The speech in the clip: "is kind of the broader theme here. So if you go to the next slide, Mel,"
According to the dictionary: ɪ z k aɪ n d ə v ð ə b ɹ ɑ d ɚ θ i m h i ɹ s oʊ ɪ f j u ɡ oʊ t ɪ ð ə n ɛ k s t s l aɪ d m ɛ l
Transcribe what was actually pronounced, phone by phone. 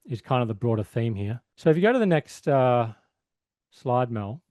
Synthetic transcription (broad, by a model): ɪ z k aɪ n d ə v ð ə b ɹ ɑ d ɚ θ i m h i ɹ s oʊ ɪ f j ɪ ɡ oʊ t ɪ ð ə n ɛ k s t s l aɪ d m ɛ l